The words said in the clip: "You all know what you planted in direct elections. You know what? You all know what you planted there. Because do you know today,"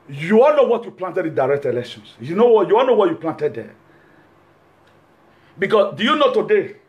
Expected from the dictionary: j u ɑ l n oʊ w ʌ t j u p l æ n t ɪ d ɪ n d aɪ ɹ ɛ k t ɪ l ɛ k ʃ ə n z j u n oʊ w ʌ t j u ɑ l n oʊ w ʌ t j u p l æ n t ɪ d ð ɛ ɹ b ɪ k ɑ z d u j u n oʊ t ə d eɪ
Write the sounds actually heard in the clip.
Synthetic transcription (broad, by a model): j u ɑ l n oʊ w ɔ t j u p l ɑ n t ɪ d ɪ n d aɪ ɹ ɛ k t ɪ l ɛ k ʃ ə n s j u n oʊ w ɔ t j u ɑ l n oʊ w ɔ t j u p l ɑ n t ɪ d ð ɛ b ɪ k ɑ s d u j u n oʊ t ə d eɪ